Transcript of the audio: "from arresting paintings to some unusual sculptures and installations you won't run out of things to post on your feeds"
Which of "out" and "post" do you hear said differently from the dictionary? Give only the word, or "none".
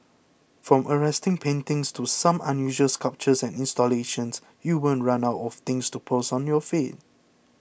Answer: post